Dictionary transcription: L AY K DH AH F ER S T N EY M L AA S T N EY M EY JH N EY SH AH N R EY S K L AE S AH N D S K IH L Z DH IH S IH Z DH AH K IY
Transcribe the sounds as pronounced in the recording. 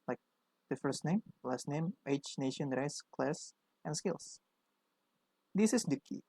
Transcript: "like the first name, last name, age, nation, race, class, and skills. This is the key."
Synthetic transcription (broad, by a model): L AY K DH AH F ER S T N EY M L AA S T N EY M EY CH N EY SH AH N R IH S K L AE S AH N S K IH L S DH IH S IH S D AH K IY